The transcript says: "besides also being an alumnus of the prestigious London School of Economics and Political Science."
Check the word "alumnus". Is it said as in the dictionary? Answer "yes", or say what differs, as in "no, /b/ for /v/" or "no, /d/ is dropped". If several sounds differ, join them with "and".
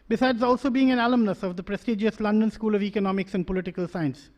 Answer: yes